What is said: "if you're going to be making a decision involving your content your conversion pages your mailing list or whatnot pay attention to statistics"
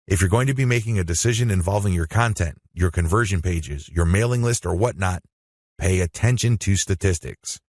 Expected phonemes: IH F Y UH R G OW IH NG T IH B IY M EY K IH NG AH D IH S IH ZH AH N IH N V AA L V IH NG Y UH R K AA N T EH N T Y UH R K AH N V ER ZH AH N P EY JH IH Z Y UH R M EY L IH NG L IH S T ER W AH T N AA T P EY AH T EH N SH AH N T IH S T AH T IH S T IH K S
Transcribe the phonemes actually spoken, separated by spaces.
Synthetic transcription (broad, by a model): IH F Y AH R G OW IH NG T IH B IY M EY K IH NG AH D IH S IH ZH AH N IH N V AA L V IH NG Y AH R K AA N T EH N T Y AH R K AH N V ER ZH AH N P EY JH IH Z Y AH R M EY L IH NG L IH S T ER W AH T N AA T P EY AH T EH N SH AH N T IH S T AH T IH S T IH K S